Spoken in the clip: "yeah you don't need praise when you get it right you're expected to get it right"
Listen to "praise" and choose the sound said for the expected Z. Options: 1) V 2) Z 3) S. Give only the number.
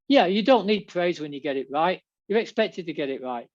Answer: 2